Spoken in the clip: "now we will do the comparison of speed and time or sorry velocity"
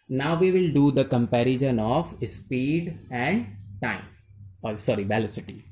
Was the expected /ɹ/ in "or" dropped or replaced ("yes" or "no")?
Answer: yes